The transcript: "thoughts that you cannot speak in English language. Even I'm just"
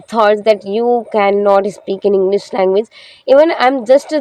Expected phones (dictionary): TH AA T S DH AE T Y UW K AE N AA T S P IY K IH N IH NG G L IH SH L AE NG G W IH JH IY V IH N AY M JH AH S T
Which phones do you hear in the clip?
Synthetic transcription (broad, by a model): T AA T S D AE T Y UW K AE N AA T S P IY K IH N IH NG G L IH SH L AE NG G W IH JH IY V IH N AY M JH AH S T